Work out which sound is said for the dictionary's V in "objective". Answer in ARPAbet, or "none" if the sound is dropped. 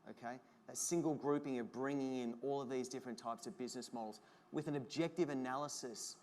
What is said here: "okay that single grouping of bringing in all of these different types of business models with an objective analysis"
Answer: V